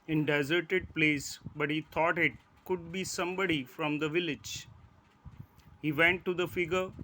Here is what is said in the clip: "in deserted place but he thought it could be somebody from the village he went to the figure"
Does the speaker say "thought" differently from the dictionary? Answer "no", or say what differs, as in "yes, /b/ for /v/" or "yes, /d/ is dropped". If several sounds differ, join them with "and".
yes, /t/ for /θ/